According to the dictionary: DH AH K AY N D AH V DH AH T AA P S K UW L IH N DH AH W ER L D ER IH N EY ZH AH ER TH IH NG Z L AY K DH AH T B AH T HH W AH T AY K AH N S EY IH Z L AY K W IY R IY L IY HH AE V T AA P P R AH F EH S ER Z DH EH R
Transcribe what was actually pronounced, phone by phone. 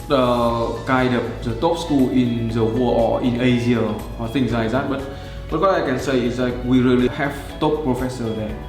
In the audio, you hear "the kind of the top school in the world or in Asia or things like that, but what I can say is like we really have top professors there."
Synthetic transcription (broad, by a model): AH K AY D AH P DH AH T AA P S K UW L IH N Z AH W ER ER IH N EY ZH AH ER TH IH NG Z L AY K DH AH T B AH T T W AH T AY K AH N S EY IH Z L AY K W IY R IY L IY HH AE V T AA P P R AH F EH S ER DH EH